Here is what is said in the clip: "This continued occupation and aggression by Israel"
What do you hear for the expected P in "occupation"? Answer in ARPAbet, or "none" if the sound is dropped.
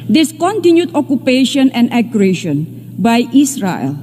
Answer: P